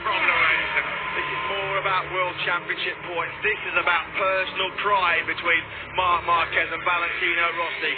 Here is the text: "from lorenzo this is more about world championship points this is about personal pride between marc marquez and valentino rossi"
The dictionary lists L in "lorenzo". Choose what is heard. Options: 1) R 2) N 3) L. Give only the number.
2